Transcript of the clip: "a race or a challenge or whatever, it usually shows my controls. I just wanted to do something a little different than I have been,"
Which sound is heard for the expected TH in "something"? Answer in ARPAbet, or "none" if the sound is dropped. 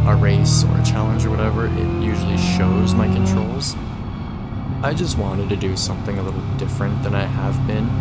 TH